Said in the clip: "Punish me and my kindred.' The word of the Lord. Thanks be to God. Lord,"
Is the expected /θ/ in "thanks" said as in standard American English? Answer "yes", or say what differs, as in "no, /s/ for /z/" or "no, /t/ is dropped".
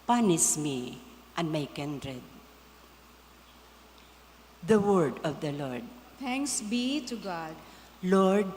no, /t/ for /θ/